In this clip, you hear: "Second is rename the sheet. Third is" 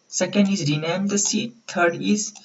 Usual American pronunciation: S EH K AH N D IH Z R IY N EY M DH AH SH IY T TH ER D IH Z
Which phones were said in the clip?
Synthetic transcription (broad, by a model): S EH K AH N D IH Z R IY N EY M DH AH S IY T T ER D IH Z